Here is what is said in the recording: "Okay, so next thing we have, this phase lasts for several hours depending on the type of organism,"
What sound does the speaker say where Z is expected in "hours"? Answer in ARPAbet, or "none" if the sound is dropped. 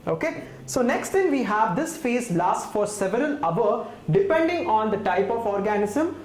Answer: none